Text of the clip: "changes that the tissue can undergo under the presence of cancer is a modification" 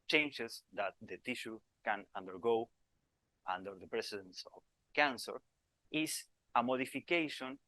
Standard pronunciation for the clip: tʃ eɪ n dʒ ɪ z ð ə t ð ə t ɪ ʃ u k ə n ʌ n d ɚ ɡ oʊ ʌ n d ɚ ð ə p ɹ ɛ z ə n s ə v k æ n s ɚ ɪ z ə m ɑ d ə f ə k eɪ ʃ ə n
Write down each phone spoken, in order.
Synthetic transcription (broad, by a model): tʃ eɪ n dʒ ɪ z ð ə t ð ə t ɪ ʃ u k ə n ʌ n d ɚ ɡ oʊ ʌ n d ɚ ð ə p ɹ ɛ s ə n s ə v k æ n s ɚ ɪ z ə m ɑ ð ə f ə k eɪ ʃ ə n